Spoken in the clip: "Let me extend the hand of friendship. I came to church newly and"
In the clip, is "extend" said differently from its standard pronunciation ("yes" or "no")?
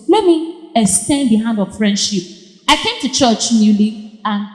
yes